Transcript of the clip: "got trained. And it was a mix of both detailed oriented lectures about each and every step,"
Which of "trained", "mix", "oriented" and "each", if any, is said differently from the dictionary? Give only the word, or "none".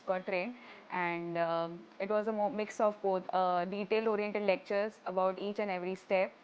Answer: trained